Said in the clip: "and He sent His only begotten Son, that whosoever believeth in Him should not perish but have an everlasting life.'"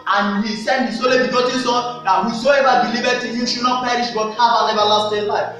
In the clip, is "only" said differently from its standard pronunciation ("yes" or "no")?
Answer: yes